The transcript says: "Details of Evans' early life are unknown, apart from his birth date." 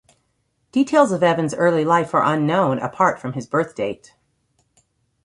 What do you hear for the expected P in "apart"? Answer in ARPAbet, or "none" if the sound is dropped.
P